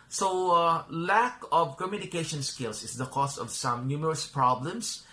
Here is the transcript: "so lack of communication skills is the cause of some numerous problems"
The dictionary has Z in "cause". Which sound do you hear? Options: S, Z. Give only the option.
S